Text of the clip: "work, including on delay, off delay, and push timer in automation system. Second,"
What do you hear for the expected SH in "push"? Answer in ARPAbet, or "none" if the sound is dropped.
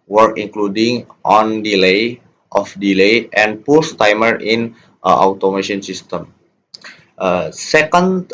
S